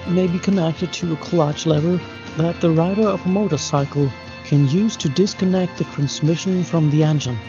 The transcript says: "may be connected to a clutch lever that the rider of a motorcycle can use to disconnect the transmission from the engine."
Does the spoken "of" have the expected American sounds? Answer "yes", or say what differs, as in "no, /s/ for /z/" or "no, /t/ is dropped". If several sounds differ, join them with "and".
yes